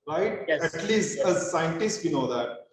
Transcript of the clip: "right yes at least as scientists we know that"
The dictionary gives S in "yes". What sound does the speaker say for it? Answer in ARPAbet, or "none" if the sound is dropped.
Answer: none